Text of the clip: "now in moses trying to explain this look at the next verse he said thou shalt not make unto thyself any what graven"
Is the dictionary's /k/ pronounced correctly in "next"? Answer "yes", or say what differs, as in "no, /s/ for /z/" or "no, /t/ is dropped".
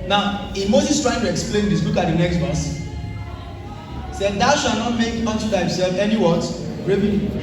yes